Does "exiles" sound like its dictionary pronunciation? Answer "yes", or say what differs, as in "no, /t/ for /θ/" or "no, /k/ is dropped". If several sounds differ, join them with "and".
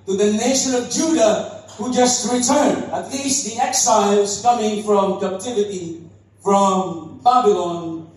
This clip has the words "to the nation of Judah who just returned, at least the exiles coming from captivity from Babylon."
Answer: yes